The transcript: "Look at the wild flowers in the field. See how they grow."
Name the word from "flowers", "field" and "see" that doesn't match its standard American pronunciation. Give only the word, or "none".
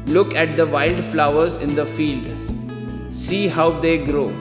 none